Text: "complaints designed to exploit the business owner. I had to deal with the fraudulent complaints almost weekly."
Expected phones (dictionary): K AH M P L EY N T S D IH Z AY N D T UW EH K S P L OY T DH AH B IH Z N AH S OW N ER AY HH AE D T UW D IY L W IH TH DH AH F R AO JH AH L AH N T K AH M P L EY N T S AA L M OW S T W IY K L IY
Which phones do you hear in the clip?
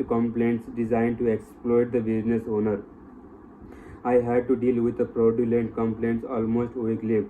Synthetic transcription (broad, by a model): K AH M P L EY N T S D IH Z AY N D T UW EH K S P L OY T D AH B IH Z N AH S OW N ER AY HH AE D T UW D IY L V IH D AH P R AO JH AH L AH N T K AH M P L EY N T S AA L M OW S T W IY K L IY